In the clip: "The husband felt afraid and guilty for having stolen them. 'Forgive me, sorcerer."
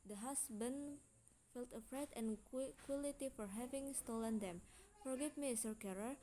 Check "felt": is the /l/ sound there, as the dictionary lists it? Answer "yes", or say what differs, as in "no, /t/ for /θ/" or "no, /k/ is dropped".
yes